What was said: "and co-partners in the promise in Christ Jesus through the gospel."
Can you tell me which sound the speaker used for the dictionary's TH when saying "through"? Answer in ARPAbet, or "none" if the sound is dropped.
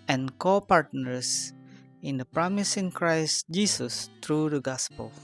T